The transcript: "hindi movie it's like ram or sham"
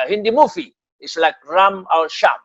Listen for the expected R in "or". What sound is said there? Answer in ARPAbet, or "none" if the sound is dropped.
L